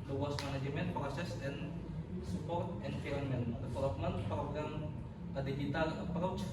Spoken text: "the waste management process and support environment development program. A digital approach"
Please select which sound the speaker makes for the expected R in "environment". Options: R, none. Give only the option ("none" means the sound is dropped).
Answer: none